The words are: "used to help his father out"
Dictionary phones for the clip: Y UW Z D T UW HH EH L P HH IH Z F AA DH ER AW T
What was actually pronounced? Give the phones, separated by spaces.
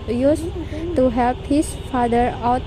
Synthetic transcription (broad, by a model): Y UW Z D T UW HH EH L P HH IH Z F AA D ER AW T